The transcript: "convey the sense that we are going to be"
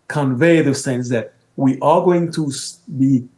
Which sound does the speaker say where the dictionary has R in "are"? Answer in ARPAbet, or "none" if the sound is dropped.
L